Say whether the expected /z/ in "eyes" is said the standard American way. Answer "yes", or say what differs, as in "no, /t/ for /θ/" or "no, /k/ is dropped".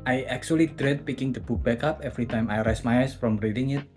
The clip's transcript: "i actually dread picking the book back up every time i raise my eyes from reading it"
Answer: no, /s/ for /z/